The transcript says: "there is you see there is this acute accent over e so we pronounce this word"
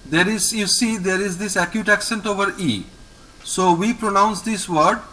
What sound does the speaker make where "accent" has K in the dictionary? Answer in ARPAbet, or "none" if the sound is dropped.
K